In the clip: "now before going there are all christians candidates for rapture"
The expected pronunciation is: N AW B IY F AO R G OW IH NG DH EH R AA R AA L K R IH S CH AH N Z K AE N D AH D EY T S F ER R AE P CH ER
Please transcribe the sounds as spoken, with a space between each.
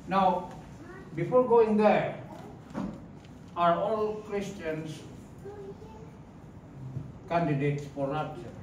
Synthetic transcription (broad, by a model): N AW B IY F AO R G OW IH NG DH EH R AA R AA L K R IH S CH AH N S K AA N D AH D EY T S P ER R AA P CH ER